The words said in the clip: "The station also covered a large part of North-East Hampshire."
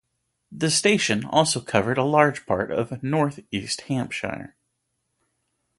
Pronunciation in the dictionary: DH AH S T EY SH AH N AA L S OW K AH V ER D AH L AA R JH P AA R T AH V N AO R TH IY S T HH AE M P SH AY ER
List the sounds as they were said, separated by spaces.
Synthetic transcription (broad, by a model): DH AH S T EY SH AH N AA L S OW K AH V ER D AH L AA R JH P AA R T AH V N AO R TH IY S T HH AE M P SH AY ER